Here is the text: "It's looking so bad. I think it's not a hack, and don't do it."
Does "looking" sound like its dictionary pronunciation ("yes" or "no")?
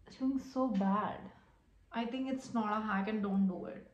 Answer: no